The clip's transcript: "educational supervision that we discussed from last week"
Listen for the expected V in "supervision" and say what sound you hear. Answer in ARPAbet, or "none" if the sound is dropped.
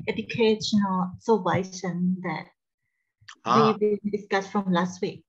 none